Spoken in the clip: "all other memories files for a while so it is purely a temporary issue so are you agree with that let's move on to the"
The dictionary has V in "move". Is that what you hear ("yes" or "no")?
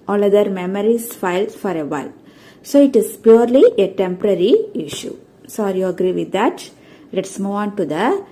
no